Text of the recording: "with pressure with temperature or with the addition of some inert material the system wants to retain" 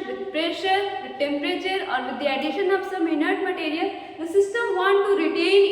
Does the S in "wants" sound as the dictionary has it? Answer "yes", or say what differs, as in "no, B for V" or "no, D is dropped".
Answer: no, S is dropped